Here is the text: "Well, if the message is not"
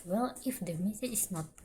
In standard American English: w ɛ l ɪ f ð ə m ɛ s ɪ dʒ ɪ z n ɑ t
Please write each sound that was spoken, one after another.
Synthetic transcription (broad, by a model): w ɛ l ɪ f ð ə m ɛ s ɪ ɪ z n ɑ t